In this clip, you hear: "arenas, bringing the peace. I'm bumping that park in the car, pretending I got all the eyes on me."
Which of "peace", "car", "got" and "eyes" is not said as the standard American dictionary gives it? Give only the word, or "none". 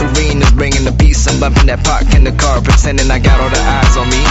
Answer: none